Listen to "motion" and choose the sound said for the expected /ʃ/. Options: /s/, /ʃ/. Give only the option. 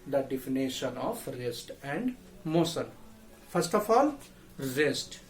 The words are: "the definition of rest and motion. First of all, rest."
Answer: /s/